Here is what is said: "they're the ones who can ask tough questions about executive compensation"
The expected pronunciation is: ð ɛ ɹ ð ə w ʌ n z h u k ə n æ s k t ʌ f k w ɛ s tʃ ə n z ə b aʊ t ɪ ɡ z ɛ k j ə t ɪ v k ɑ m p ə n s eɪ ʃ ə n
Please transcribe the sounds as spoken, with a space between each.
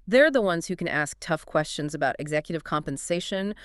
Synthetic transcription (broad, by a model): ð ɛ ɹ ð ə w ʌ n z h u k ə n æ s k t ʌ f k w ɛ s tʃ ə n z ə b aʊ t ɪ ɡ z ɛ k j ə t ɪ v k ɑ m p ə n s eɪ ʃ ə n